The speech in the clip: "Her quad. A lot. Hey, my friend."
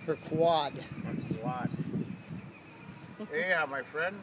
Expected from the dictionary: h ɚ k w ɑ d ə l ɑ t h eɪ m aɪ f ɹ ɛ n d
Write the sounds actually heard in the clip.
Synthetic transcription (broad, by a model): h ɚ k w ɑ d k w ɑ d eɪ m aɪ f ɹ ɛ n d